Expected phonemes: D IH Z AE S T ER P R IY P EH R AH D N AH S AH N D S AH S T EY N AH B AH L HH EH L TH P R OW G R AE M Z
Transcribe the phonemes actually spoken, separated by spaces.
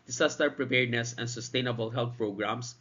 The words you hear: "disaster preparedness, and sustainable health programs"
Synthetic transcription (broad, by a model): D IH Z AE S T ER P R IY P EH R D N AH S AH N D S AH S T EY N AH B AH L HH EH L T P R OW G R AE M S